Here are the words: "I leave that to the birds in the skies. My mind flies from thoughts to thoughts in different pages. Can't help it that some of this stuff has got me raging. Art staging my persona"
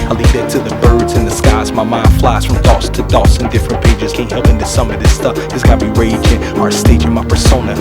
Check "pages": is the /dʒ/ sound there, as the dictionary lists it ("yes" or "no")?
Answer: yes